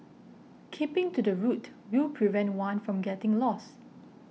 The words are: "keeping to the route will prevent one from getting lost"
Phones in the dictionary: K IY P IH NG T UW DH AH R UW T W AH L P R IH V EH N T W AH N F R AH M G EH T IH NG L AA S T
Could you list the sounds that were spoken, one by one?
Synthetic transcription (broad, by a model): K IY P IH NG T UW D AH R UW T W AH L P R IH V EH N T W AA N F R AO M G EH T IH NG L AA S